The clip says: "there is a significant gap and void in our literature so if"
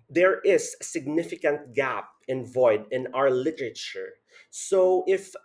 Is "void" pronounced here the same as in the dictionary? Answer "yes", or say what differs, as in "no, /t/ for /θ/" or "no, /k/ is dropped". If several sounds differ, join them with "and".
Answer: yes